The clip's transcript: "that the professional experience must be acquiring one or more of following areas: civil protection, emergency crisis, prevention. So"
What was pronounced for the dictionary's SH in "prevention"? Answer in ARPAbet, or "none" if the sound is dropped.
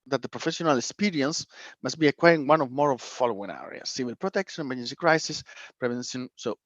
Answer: S